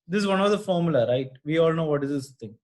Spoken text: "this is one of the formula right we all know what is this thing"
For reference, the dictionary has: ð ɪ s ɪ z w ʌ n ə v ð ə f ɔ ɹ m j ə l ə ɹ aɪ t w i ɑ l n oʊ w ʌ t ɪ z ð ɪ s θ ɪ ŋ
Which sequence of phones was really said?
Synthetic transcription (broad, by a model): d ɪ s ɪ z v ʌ n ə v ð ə f ɔ ɹ m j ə l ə ɹ aɪ t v i ɑ l n oʊ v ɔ t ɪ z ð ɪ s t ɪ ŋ